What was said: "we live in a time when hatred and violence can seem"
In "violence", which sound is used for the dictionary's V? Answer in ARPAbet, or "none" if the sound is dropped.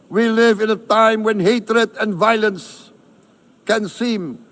V